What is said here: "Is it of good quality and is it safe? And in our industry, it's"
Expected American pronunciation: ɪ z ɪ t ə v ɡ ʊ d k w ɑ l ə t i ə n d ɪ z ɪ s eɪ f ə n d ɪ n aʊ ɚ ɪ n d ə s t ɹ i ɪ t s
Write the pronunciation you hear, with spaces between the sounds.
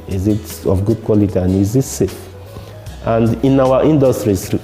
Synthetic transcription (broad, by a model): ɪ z ɪ t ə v ɡ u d k w ɑ l ə t i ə n ɪ z ɪ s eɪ ə n d ɪ n aʊ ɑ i n d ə s t ɹ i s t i